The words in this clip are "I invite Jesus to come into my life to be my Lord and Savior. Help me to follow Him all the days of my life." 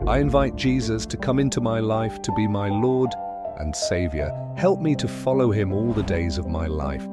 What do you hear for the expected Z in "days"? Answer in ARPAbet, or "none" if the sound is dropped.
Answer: Z